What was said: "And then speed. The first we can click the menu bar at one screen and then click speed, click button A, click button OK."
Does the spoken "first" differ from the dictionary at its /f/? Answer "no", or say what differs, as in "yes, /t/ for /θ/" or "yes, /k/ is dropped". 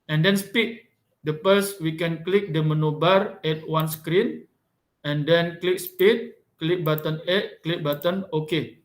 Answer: yes, /p/ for /f/